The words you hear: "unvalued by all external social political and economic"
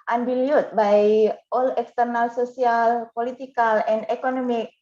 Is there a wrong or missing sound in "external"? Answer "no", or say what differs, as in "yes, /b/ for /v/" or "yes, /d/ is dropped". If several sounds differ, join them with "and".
no